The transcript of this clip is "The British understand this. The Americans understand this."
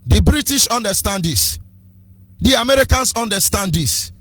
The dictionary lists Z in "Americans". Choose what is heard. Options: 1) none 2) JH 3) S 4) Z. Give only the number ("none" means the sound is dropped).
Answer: 3